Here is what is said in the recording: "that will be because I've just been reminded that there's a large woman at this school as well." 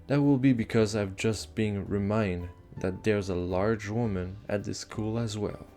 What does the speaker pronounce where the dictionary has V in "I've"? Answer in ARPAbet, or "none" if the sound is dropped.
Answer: V